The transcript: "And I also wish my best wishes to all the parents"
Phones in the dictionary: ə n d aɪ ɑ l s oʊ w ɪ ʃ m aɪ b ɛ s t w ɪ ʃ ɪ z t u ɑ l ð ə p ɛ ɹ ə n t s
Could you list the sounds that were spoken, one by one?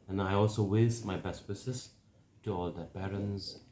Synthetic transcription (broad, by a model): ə n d aɪ ɑ l s oʊ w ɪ s m aɪ b ɛ s t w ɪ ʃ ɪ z t u ɑ l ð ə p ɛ ɹ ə n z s